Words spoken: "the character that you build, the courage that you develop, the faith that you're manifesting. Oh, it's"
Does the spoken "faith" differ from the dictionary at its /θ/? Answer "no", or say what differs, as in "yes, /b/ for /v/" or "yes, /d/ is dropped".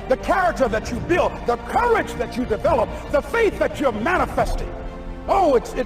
no